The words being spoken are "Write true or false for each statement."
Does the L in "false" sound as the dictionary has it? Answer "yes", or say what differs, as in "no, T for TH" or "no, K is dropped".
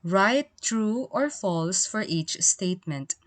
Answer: yes